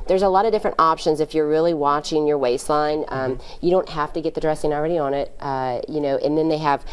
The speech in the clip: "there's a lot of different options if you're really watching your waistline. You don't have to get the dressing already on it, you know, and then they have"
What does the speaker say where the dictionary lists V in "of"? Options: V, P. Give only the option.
V